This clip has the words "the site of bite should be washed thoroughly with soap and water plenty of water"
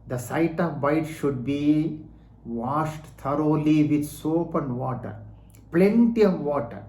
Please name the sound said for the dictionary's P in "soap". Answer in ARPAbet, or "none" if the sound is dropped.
P